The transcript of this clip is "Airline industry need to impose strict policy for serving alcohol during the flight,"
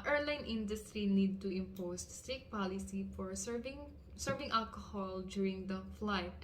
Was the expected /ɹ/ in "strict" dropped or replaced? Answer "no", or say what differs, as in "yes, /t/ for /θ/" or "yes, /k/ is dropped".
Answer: yes, /ɹ/ is dropped